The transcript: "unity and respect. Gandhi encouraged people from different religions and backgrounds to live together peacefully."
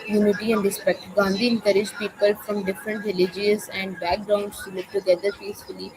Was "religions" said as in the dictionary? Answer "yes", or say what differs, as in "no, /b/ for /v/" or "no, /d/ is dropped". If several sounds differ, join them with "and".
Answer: no, /n/ is dropped